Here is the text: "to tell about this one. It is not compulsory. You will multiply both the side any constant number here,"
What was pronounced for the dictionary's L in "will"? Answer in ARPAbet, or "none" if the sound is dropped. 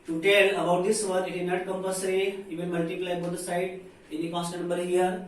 N